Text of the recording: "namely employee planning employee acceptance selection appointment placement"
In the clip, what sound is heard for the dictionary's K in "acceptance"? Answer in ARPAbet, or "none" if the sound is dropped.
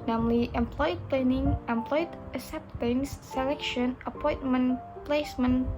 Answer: none